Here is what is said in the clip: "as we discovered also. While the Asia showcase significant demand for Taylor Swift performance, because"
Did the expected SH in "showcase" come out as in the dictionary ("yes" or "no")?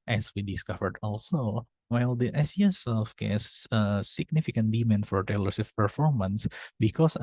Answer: no